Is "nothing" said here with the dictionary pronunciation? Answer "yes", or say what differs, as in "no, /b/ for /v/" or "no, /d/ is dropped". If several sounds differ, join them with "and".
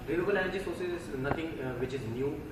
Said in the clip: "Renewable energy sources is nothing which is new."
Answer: no, /t/ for /θ/